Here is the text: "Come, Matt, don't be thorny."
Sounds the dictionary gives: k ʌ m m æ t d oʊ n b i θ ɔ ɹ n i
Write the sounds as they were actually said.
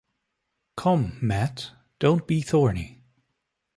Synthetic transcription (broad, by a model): k ʌ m m æ t d oʊ n b i θ ɔ ɹ n i